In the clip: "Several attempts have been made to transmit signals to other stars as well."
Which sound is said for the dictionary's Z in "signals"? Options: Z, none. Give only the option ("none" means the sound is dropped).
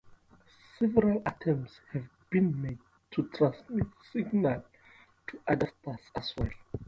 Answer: none